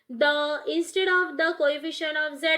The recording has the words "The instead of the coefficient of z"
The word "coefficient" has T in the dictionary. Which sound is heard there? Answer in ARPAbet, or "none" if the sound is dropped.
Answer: none